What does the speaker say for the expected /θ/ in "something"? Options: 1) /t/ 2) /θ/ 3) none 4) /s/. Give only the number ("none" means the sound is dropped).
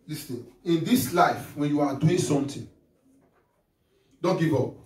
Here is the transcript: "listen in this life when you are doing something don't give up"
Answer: 1